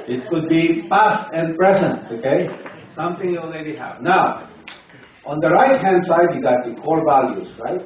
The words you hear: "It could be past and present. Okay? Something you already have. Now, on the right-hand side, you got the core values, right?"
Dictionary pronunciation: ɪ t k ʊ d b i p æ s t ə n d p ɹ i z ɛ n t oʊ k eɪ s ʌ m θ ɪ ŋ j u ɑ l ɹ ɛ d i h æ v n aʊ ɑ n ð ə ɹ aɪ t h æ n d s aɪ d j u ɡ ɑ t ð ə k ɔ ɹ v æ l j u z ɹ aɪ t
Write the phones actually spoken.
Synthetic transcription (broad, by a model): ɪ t k ʊ d b i p æ s t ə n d p ɹ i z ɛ n t oʊ k eɪ s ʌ m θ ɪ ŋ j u ɑ l ɹ ɛ d i h æ v n aʊ ɑ n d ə ɹ aɪ t h æ n d s aɪ d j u ɡ ɑ t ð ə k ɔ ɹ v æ l j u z ɹ aɪ t